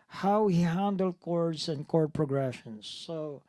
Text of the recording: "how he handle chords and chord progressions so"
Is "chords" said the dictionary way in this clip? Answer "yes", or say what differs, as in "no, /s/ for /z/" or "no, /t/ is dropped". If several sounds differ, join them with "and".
no, /s/ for /z/